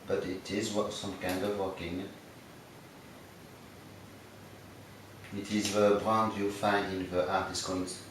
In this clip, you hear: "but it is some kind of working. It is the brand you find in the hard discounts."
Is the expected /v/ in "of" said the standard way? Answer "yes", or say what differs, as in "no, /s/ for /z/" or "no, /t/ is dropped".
yes